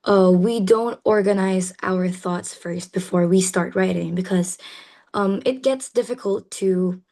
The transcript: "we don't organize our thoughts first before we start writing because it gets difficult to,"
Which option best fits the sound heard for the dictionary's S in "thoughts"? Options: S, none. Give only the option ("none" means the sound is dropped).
S